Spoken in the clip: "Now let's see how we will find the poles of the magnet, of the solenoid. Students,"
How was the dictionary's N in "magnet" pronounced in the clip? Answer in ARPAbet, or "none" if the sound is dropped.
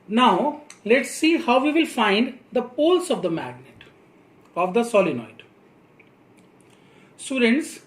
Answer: N